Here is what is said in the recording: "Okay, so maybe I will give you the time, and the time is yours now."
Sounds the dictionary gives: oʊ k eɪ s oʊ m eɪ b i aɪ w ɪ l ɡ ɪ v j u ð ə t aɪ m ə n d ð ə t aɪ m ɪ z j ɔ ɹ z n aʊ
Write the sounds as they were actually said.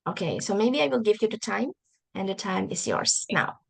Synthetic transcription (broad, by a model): oʊ k eɪ s oʊ m eɪ b i aɪ w ɪ l ɡ ɪ v j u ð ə t aɪ m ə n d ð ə t aɪ m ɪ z j ɔ ɹ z n aʊ